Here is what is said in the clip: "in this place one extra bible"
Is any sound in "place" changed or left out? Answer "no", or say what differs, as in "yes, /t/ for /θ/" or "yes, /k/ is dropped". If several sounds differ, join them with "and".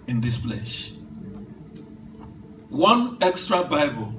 yes, /ʃ/ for /s/